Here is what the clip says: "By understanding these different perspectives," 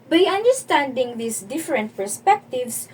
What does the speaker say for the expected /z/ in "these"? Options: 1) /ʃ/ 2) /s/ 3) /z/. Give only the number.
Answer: 2